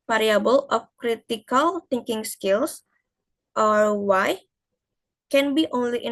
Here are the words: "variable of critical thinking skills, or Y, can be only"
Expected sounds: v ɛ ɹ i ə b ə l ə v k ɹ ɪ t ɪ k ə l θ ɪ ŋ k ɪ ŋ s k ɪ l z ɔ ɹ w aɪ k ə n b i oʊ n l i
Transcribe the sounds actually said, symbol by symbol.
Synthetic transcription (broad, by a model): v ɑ ɹ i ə b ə l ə f k ɹ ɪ t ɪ k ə l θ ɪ ŋ k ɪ ŋ s k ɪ l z ɔ ɹ w aɪ k ə n b i oʊ n l i